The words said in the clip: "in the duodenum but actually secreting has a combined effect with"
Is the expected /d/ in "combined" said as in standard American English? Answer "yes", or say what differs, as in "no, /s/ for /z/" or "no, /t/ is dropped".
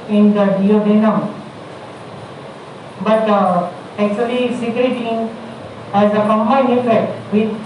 no, /d/ is dropped